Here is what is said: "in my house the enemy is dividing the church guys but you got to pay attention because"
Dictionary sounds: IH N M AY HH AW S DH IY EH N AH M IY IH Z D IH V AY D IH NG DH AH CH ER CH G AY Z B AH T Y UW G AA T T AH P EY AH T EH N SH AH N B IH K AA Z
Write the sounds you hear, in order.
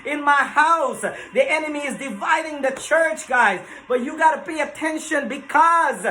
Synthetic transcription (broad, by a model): IH N M AY HH AW S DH IY EH N AH M IY IH Z D IH V AY D IH NG DH AH CH ER CH G AY Z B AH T Y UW G AA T T AH P EY AH T EH N SH AH N B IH K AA Z